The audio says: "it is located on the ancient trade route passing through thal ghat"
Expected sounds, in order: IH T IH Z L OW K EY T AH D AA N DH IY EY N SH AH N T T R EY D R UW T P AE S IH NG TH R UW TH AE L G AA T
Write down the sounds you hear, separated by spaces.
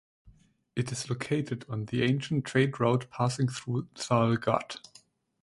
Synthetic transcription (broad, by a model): IH T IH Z L OW K EY T AH D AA N DH IY EY N SH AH N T T R EY D R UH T P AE S IH NG TH R UW S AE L G AA T